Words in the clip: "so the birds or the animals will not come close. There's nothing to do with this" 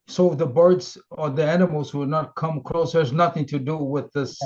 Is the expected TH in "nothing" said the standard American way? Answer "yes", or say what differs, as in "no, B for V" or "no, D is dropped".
yes